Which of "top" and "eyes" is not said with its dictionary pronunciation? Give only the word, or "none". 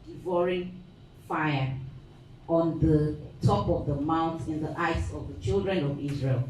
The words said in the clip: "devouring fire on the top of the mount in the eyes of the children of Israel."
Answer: eyes